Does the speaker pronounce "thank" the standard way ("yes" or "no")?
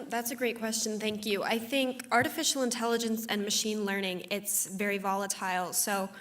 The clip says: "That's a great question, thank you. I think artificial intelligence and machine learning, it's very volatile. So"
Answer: yes